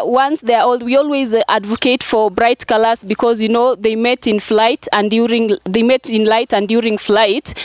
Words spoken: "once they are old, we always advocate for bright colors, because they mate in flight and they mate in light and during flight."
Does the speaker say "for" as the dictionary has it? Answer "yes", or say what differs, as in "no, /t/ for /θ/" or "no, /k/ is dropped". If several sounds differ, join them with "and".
yes